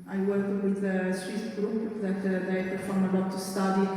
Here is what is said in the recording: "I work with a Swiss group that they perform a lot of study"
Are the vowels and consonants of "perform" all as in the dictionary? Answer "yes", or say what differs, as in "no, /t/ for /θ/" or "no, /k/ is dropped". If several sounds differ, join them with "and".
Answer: no, /f/ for /p/